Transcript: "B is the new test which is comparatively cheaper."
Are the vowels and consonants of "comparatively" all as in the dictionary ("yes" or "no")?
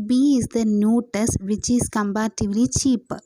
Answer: no